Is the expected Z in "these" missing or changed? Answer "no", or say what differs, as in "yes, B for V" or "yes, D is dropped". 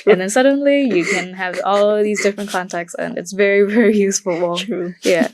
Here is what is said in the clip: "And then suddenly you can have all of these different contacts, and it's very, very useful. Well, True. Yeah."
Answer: no